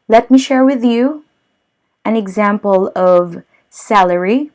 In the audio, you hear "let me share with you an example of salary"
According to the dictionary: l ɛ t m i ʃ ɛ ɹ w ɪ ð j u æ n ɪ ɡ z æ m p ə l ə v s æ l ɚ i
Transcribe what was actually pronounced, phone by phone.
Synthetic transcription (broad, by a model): l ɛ t m i ʃ ɛ ɹ w ɪ ð j u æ n ɪ ɡ z æ m p ə l ə v s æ l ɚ i